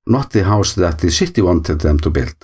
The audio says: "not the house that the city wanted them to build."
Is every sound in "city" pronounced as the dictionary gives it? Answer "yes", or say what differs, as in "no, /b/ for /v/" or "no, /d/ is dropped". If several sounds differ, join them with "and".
no, /ʃ/ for /s/